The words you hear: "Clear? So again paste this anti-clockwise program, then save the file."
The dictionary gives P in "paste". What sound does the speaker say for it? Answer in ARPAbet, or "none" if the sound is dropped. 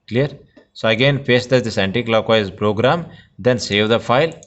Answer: F